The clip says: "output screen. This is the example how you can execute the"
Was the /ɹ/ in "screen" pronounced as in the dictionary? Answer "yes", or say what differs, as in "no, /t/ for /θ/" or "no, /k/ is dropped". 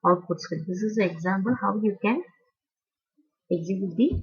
no, /ɹ/ is dropped